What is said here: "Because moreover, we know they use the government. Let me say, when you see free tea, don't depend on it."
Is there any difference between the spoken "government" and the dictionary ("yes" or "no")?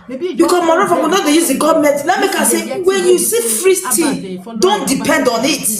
yes